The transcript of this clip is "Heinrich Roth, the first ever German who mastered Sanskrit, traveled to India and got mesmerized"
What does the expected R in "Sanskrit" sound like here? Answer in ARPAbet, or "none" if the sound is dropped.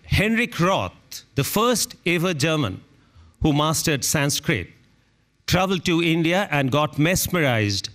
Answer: R